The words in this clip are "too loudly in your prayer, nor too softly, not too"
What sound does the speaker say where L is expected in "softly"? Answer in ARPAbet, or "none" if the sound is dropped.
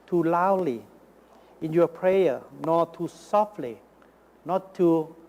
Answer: L